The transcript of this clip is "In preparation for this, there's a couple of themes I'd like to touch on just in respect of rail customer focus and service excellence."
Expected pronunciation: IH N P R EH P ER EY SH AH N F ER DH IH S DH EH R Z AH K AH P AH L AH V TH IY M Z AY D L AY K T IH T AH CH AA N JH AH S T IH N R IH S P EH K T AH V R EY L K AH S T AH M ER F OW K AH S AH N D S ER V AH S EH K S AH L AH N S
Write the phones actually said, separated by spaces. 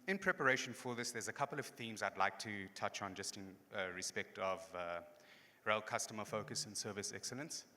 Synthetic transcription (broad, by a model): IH N P R EH P ER EY SH AH N F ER DH IH S DH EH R Z AH K AH P AH L AH V TH IY M Z AY D L AY K T IH T AH CH N JH AH S T IH N R IH S P EH K T AH V R EY L K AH S T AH M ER F OW K AH S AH N S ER V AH S EH K S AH L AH N S